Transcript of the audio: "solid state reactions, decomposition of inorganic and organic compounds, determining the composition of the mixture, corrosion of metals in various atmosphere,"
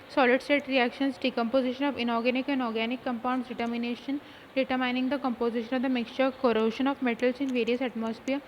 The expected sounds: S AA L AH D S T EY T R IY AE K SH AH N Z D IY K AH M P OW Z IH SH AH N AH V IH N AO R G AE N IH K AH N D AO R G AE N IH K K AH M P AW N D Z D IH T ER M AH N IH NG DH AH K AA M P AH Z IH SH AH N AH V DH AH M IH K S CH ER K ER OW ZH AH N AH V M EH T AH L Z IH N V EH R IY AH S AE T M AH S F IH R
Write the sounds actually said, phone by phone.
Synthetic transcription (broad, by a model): S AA L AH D S T EY T R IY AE K SH AH N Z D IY K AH M P OW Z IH SH AH N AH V IH N AO R G AE N IH K AH N D AO R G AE N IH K K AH M P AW N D S D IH T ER M AH N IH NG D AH K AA M P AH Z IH SH AH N AH V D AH M IH K S CH ER K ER OW SH AH N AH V M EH T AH L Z IH N V EH R IY AH S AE T M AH S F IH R